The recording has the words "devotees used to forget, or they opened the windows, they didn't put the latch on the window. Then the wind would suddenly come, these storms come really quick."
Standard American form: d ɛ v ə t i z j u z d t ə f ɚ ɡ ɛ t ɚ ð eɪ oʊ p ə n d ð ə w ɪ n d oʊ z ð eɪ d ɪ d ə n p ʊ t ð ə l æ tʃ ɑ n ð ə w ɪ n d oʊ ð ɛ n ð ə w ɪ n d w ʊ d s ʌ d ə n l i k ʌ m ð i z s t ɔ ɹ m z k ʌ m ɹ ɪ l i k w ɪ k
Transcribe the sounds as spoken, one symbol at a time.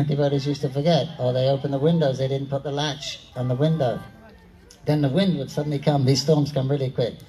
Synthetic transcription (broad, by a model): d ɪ v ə t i z j u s t ə f ɚ ɡ ɛ t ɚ ð eɪ oʊ p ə n ð ə w ɪ n d oʊ z ð eɪ d ɪ d n p ʊ t ð ə l æ tʃ n ð ə w ɪ n d oʊ ð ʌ n ð ə w ɪ n d w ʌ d s ʌ d n l i k ʌ m ð i z s t ɔ ɹ m z k ʌ m ɹ ɪ l i k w ɪ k